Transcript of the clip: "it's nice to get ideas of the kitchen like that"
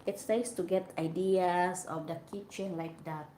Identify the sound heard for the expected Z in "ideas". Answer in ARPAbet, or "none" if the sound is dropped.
S